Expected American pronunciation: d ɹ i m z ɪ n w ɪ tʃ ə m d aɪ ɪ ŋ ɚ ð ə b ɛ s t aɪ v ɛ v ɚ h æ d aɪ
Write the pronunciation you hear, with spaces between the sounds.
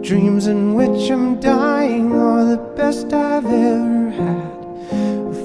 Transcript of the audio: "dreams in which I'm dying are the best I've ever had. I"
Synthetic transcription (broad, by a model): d ɹ i m z ɪ n w ɪ tʃ ə m d aɪ ɪ ŋ ɚ ð ə b ɛ s t aɪ v ɛ v ɚ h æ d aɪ